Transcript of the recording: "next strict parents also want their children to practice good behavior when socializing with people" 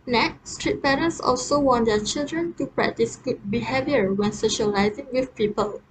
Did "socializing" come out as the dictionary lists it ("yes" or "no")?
yes